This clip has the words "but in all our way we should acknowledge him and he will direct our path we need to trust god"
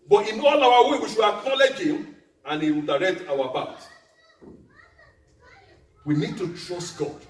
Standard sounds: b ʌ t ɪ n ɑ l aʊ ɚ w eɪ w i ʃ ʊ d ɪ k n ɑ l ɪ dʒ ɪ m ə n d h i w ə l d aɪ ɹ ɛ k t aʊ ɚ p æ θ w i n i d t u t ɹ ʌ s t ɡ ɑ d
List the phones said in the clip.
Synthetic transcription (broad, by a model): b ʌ t ɪ n ɑ l aʊ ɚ w eɪ w i ʃ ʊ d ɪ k n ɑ l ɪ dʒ ɪ m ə n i w ə l d aɪ ɹ ɛ k t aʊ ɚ b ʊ t w i n i d t u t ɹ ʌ s t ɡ ɑ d